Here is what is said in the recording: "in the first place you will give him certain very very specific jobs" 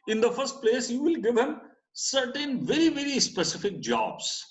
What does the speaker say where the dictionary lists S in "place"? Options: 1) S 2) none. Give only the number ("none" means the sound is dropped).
1